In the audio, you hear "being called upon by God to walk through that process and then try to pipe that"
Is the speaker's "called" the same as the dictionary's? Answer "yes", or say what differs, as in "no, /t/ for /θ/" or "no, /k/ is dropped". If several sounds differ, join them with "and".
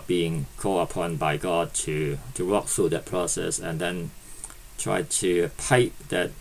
no, /d/ is dropped